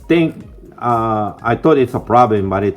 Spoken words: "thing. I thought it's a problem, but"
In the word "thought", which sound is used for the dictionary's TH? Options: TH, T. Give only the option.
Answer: T